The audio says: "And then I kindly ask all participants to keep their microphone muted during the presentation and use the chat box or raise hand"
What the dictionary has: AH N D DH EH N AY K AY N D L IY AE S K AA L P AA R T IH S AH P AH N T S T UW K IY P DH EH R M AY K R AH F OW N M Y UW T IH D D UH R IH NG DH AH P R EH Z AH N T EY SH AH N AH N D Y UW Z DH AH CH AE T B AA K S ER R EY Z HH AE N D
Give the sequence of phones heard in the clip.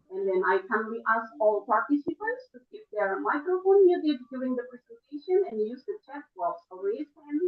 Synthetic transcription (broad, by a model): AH N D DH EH N AY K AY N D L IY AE S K AA L P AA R T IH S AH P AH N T S T UW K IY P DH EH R M AY K R AH F OW N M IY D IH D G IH L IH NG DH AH P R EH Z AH N T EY SH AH N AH N Y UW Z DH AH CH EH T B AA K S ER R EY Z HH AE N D